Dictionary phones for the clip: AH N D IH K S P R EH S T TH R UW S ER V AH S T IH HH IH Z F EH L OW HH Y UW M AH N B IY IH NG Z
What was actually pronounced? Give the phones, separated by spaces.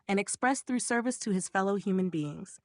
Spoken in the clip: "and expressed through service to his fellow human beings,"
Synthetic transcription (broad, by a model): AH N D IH K S P R EH S TH R UW S ER V AH S T IH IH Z F EH L OW HH Y UW M AH N B IY IH NG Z